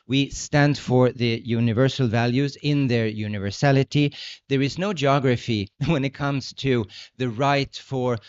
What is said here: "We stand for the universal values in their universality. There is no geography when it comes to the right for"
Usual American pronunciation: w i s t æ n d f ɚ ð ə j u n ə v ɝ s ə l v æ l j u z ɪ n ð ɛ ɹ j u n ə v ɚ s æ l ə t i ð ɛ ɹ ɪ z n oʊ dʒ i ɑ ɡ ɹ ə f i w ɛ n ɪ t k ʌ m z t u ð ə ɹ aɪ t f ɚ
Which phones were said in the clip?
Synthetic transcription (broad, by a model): w i s t æ n d f ɚ ð ə j u n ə v ɝ s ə l v æ l j u z ɪ n ð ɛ ɹ j u n ə v ɚ s æ l ə t i ð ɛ ɹ ɪ z n oʊ dʒ i ɑ ɡ ɹ ə f i w ɛ n ɪ t k ʌ m z t u ð ə ɹ aɪ t f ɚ